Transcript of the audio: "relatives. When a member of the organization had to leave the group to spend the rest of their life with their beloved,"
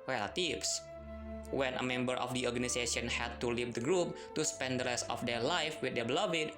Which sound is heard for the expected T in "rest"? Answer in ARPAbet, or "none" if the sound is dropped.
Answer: none